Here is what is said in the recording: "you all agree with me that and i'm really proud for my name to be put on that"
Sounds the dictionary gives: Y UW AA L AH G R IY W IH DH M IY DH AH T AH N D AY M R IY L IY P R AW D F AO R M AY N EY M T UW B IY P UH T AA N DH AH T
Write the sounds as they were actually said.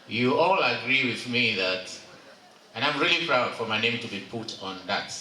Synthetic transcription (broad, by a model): Y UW AA L AH G R IY W IH DH M IY DH AH T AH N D AY M R IY L IY P R AW D F AO R M AY N EY M T UW B IY P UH T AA N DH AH T